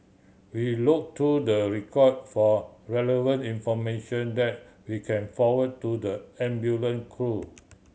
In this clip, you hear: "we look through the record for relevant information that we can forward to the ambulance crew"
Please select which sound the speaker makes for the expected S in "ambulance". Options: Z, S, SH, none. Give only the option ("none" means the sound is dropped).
none